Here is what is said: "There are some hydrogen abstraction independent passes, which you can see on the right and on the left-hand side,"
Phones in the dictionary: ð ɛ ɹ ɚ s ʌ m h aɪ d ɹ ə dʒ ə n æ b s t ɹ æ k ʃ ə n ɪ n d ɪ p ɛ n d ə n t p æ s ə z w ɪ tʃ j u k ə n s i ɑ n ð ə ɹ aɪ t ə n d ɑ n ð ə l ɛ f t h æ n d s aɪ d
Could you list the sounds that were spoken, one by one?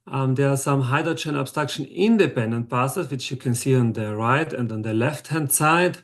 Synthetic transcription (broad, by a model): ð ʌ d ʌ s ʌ m h aɪ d ə tʃ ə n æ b s t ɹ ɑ k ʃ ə n ɪ n d ɪ p ɛ n d ə n t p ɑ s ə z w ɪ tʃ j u k ə n s i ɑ n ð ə ɹ aɪ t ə n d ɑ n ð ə l ɛ f t h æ n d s aɪ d